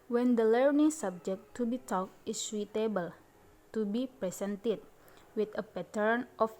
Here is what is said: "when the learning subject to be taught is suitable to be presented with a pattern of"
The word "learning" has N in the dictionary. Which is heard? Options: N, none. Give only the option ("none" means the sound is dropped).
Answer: N